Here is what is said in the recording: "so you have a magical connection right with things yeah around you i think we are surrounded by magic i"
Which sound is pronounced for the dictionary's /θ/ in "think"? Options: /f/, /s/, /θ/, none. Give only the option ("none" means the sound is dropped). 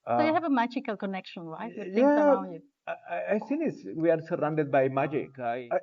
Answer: /s/